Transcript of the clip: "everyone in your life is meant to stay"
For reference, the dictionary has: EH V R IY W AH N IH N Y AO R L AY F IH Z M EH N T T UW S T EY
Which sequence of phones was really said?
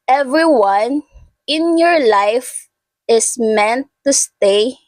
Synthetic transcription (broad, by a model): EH V R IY W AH N IH N Y AO R L AY F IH S M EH N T T UW S T EY